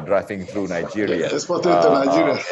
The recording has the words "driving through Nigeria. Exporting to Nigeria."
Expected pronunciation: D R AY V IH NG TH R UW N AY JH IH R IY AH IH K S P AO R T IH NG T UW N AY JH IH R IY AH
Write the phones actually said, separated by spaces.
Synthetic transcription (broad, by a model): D R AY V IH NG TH R UW N AY JH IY R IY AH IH S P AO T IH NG T UW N AY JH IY R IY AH